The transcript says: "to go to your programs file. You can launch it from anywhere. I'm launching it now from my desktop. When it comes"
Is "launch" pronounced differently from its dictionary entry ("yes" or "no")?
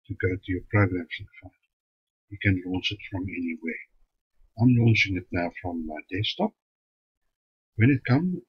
yes